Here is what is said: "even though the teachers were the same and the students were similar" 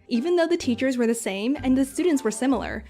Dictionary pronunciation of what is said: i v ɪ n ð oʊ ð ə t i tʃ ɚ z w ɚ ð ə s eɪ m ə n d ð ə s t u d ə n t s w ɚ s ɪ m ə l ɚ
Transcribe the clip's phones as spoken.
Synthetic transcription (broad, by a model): i v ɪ n ð oʊ ð ə t i tʃ ɚ z w ɚ ð ə s eɪ m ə n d ð ə s t u d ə n t s w ɚ s ɪ m l ɚ